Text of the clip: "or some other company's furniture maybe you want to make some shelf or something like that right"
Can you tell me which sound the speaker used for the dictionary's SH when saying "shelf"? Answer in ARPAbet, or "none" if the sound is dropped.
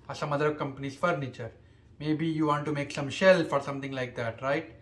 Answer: SH